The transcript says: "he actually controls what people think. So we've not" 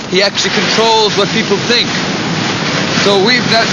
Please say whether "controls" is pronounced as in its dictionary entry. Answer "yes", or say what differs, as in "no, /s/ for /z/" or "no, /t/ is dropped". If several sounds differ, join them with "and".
yes